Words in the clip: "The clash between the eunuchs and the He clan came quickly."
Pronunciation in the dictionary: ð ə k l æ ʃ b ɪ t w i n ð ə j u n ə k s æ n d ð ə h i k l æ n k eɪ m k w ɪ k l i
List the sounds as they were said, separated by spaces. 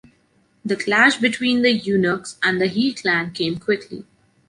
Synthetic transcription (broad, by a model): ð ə k l æ ʃ b ɪ t w i n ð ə j u n ə k s æ n d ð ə h i k l æ n k eɪ m k w ɪ k l i